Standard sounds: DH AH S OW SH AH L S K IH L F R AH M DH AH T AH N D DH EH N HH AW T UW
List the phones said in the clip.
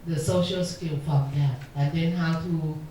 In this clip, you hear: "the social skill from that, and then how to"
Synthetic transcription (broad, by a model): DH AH S OW SH AH L S K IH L F R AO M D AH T AH N D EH N HH AW T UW